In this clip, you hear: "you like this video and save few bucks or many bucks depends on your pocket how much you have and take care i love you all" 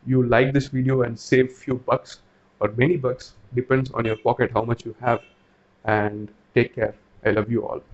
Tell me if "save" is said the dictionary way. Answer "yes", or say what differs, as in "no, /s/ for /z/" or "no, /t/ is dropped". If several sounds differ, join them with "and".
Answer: yes